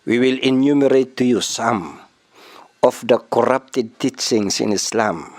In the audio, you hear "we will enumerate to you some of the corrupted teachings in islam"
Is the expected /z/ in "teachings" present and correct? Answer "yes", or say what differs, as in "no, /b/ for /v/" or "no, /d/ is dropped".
no, /s/ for /z/